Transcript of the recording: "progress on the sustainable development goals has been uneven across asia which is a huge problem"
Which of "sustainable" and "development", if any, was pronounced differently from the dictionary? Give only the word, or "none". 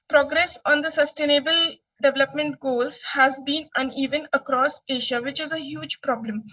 none